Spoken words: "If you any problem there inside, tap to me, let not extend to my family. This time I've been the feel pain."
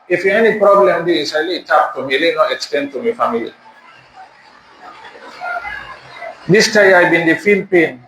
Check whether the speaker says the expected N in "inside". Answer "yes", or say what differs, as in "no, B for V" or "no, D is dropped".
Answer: no, N is dropped